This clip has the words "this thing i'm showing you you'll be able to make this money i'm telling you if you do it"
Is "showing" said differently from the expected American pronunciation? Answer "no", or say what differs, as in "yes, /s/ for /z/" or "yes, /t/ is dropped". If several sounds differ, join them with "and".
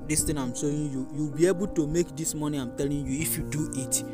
yes, /s/ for /ʃ/